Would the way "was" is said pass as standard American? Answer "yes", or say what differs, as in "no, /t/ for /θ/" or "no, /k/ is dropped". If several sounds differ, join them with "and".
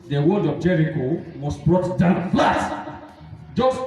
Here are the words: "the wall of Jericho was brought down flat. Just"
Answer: no, /s/ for /z/